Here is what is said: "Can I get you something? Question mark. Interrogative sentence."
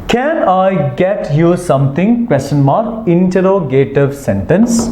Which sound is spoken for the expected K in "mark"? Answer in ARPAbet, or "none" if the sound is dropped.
none